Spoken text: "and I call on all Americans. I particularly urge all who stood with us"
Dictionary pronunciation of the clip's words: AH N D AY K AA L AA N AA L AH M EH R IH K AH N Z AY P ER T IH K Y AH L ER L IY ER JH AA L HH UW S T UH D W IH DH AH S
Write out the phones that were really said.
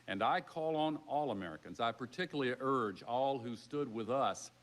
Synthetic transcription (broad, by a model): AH N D AY K AA L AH N AA L AH M EH R IH K AH N Z AY P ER T IH K Y L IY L ER JH AA L HH UW S T UH D W IH DH AH S